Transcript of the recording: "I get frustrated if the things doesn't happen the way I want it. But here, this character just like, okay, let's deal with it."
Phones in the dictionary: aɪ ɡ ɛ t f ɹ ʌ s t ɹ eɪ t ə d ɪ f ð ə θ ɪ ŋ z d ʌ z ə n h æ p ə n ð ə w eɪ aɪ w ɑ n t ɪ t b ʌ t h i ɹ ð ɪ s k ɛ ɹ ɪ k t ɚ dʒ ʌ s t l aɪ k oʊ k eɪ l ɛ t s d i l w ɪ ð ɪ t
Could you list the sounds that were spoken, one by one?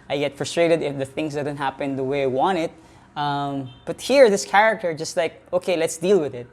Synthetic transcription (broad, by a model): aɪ ɡ ɛ t f ɹ ʌ s t ɹ eɪ t ə d ɪ f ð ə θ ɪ ŋ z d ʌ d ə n h æ p ə n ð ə w eɪ aɪ w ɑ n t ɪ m b ʌ t h i ɹ ð ɪ s k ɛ ɹ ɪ k t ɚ dʒ ʌ s t l aɪ k oʊ k eɪ l ɛ t s d i l w ɪ ð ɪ t